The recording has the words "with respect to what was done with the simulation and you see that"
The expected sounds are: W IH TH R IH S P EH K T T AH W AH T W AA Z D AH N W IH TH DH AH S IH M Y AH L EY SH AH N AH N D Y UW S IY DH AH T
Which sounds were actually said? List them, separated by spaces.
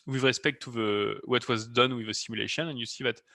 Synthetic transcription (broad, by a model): W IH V R IH S P EH K T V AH W AH T W AA Z D AH N W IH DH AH S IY M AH L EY SH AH N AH N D Y UW S IY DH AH T